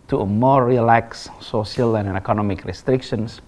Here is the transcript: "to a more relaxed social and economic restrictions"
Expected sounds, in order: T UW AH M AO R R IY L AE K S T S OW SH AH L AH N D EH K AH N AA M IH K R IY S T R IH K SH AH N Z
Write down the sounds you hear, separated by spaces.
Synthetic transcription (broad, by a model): T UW AH M AO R R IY L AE K S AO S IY AH L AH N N EH K AH N AA M IH K R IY S T R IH K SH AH N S